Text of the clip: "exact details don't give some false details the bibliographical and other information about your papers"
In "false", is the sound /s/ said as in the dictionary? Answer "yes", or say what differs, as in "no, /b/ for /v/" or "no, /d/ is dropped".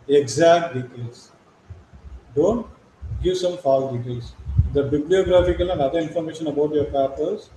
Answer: no, /s/ is dropped